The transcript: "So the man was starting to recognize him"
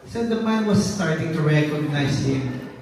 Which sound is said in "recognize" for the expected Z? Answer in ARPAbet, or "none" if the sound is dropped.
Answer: S